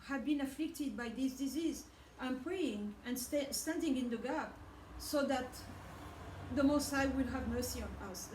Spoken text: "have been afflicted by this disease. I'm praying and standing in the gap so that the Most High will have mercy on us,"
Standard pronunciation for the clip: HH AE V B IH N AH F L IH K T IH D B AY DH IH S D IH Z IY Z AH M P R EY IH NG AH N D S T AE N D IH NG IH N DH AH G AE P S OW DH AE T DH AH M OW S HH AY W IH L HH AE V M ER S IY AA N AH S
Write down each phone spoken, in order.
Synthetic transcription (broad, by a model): HH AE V B IH N AH F L IH K T IH D B AY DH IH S D IH Z IY Z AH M P R EY IH NG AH N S S T AE N D IH NG IH N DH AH G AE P S OW DH AE T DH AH M OW S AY W IH L HH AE V M ER S IY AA N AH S